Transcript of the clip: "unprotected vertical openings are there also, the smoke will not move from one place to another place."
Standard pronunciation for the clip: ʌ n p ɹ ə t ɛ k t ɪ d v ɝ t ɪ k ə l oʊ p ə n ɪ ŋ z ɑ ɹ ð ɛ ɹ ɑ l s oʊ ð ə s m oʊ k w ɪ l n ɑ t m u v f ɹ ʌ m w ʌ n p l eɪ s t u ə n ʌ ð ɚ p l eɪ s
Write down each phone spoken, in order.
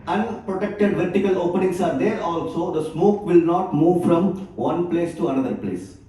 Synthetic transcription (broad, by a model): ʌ n p ɹ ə t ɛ k t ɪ d v ɝ t ɪ k ə l oʊ p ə n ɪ ŋ s ɑ ɹ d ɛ ɹ ɑ l s oʊ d ə s m oʊ k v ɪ l n ɑ t m u v f ɹ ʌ m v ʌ n p l eɪ s t u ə n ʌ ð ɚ p l eɪ s